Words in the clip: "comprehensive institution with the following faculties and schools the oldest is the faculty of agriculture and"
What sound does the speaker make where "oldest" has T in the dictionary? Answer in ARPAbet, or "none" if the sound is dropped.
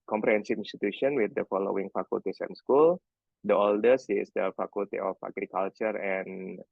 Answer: none